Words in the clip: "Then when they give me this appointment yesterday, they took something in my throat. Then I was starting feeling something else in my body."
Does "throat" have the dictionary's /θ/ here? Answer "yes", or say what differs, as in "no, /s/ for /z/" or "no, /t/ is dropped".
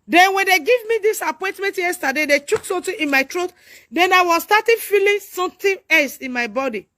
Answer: no, /t/ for /θ/